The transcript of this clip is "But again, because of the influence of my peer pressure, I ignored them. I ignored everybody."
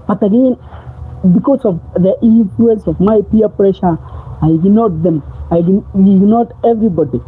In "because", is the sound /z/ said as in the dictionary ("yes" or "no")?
no